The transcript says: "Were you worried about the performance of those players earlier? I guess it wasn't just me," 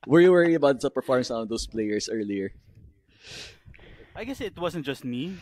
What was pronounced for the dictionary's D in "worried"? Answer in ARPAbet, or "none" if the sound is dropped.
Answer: none